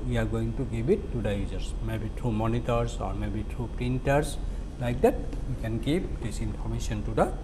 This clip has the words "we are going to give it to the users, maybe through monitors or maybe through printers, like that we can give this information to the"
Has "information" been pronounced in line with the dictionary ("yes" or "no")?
no